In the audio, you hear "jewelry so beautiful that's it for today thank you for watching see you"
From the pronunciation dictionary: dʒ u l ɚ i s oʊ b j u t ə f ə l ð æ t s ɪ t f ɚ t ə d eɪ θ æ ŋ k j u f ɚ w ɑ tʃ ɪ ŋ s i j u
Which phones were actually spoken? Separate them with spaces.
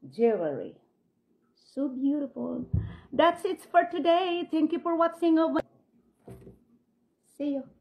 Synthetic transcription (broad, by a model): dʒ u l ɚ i s oʊ b j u t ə f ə l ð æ t s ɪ t f ɚ t ə d eɪ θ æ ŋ k j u f ɚ w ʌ s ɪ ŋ s i j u